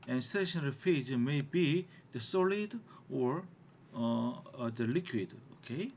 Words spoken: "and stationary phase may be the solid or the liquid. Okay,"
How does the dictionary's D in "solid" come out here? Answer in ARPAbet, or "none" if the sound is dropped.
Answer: D